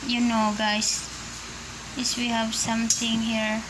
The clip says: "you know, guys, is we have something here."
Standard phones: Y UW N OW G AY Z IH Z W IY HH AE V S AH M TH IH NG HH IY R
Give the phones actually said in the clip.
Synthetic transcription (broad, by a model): Y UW N OW G AY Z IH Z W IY HH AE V S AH M T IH NG HH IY R